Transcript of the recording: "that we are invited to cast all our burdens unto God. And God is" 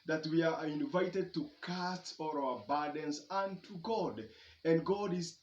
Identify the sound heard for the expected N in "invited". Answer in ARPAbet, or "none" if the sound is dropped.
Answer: N